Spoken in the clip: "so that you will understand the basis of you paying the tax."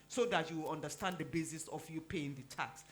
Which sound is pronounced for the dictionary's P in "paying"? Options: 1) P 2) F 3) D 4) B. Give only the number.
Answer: 1